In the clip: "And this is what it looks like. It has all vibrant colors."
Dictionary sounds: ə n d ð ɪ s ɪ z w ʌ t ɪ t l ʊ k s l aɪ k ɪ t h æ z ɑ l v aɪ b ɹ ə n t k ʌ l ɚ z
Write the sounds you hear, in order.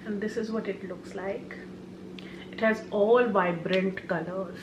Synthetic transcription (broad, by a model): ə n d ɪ s ɪ z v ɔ t ɪ t l ʊ k s l aɪ k ɪ t h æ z ɑ l v aɪ b ɹ ə n t k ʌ l ɚ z